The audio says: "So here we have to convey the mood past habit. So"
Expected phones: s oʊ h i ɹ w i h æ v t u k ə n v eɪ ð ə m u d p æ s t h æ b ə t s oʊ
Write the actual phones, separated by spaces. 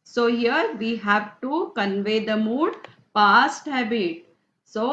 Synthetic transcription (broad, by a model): s oʊ h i ɹ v i h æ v t u k ə n v eɪ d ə m u d p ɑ s t h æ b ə t s oʊ